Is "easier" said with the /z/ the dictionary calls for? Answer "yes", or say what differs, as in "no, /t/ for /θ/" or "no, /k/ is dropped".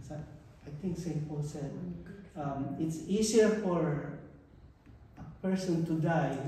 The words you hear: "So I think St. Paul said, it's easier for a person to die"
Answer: no, /s/ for /z/